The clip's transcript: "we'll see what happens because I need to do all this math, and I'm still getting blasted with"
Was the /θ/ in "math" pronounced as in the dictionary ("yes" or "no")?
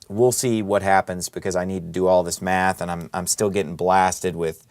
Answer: yes